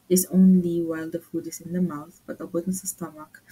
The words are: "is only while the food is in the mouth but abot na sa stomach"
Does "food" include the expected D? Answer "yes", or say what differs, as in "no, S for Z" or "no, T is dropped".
yes